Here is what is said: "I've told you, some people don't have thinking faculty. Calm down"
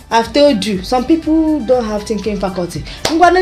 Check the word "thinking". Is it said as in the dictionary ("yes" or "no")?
no